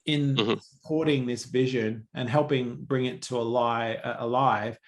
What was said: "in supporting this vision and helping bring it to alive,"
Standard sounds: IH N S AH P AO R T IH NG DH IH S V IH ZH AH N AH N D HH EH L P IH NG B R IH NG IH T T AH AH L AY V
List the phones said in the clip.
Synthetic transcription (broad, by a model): IH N S AH P AO R T IH NG DH IH S V IH ZH AH N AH N HH EH L P IH NG B R IH NG IH T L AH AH L AY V